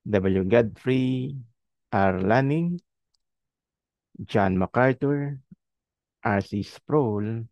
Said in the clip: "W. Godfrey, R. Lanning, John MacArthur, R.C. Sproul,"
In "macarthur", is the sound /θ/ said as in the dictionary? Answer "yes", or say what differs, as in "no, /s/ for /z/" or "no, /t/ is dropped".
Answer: no, /t/ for /θ/